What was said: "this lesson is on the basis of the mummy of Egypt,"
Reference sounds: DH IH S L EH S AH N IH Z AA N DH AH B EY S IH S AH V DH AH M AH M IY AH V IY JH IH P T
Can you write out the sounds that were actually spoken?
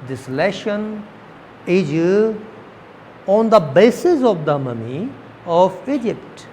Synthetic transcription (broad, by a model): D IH S L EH SH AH N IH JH AA N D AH B EY S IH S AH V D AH M AH M IY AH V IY JH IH P T